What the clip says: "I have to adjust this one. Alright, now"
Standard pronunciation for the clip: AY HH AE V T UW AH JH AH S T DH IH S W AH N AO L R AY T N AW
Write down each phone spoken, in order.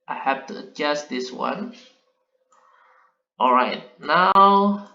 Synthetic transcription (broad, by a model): AY HH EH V T UW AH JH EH S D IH S W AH N AO L R AY T N AW